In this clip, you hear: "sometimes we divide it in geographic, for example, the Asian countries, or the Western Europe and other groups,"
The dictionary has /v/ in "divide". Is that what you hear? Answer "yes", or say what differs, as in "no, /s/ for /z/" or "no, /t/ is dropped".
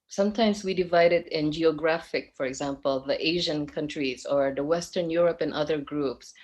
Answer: yes